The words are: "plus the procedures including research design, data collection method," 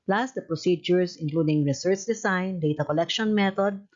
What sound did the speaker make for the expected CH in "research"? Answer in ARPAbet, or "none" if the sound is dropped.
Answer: CH